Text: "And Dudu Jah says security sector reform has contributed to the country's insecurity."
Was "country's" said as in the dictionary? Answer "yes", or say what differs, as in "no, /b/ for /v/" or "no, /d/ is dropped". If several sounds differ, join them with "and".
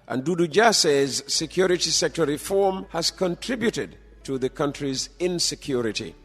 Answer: yes